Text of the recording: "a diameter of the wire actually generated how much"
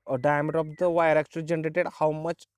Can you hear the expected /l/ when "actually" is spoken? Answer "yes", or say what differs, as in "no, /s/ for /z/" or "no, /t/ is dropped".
no, /l/ is dropped